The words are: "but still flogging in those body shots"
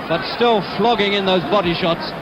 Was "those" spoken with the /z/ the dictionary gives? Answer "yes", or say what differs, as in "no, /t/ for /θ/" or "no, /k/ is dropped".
yes